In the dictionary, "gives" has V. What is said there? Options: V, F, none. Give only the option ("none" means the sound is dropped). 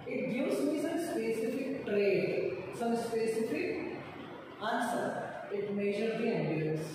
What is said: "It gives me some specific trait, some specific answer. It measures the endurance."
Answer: none